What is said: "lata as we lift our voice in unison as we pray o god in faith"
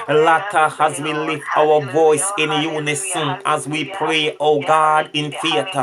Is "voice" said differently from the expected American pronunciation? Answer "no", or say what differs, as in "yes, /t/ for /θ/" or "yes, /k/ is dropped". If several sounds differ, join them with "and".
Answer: no